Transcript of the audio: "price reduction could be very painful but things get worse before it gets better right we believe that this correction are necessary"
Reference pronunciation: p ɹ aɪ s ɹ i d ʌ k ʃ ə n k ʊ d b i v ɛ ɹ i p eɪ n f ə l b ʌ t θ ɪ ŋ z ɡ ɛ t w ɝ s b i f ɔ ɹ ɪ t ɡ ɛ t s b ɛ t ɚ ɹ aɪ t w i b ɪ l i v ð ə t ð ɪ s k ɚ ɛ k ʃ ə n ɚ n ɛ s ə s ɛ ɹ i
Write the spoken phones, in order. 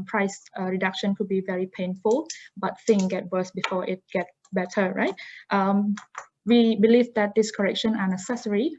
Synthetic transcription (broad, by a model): p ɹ aɪ s ɹ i d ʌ k ʃ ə n k ʊ d b i v ɛ ɹ i p eɪ n f ə l b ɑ t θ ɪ ŋ ɡ ɛ t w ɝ s b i f ɔ ɪ t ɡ ɛ t b ɛ t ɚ ɹ aɪ t w i b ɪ l i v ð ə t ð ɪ s k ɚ ɛ k ʃ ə n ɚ n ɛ s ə s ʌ ɹ i